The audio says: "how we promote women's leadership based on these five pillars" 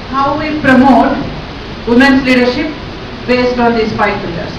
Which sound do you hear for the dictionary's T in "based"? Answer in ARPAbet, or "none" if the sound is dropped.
T